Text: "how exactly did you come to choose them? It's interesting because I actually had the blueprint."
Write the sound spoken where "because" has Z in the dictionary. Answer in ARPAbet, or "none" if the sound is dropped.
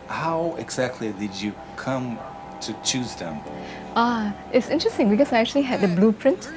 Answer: S